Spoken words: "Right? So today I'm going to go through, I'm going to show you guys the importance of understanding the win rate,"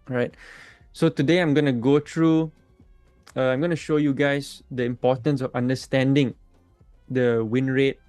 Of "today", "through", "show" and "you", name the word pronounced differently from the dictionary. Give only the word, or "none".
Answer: through